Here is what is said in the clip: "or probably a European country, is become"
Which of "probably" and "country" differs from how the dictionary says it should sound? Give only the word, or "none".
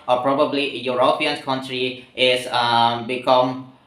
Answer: none